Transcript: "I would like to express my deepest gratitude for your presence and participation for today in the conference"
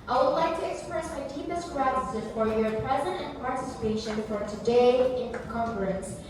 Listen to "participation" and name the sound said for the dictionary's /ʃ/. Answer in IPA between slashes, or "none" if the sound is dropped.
/ʃ/